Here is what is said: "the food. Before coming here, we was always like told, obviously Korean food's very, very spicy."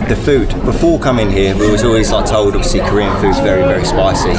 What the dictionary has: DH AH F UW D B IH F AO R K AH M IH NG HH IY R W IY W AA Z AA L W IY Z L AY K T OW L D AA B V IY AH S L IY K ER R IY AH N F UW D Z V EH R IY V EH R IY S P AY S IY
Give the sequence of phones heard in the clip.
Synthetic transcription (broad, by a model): DH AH F UW D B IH F AO K AH M IH NG HH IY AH W IY W AA Z AA L W IY Z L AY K T OW L D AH V S IY K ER R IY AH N F UW D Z V EH R IY V EH R IY S P AY S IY